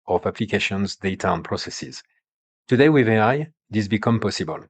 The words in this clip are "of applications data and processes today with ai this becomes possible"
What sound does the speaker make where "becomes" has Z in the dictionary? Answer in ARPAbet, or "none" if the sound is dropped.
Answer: none